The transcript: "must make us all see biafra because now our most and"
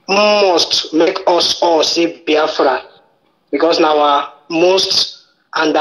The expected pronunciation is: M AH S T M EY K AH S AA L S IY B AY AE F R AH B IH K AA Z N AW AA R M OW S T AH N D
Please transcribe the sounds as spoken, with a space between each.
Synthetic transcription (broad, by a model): M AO S T M EY K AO S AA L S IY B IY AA F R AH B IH K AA S N AW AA M OW S T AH N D